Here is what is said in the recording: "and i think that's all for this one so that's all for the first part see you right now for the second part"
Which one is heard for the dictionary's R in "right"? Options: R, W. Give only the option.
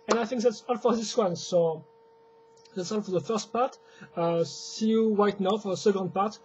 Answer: W